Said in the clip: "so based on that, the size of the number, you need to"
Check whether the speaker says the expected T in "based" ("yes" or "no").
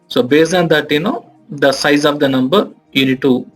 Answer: no